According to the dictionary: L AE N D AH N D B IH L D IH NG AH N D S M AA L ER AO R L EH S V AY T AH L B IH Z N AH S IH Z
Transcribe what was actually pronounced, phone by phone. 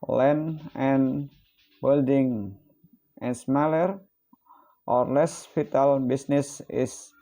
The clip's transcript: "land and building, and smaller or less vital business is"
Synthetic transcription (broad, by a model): L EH N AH N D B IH L D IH NG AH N S M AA L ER AO R L EH S F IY T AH L B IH S N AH S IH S